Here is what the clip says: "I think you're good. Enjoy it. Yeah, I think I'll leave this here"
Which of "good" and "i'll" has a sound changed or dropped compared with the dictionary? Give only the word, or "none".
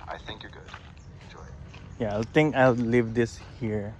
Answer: none